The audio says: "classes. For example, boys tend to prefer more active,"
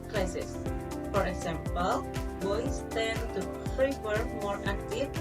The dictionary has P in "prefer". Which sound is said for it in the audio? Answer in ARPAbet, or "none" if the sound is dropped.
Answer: F